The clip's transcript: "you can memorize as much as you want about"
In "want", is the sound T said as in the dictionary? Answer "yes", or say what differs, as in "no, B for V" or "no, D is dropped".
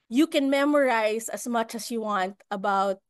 yes